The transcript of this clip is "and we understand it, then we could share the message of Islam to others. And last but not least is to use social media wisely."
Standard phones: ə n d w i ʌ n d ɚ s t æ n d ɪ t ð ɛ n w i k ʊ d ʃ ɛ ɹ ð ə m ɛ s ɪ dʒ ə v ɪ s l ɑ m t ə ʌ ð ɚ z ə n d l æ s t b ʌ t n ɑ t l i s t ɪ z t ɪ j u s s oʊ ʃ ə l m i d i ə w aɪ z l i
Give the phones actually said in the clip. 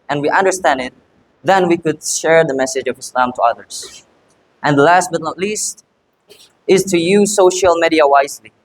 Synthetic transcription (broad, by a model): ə n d w i ʌ n d ɚ s t æ n d ɪ t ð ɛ n w i k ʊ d ʃ ɛ ɹ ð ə m ɛ s ɪ dʒ ə v ɪ s l ɑ m t ə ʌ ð ɚ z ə n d l æ s t b ʌ t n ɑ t l i s t ɪ z t ɪ j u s s oʊ ʃ ə l m i d i ə w aɪ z l i